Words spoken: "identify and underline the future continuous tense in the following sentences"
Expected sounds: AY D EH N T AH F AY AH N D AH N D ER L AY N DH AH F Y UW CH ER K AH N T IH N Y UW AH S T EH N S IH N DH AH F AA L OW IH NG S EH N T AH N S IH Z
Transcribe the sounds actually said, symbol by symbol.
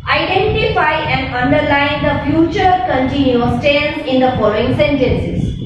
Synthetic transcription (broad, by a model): AY D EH N T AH F AY AH N D AH N D ER L AY N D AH F Y UW CH ER K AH N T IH N Y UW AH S T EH L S IH N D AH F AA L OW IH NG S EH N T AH N S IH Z